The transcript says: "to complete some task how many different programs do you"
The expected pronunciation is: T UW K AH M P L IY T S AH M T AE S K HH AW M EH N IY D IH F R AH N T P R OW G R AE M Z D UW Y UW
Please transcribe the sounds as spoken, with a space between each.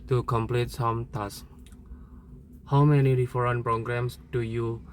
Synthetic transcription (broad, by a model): T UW K AH M P L IY T S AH M T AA S HH AW M EH N IY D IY F R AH N P R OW G R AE M S D UW Y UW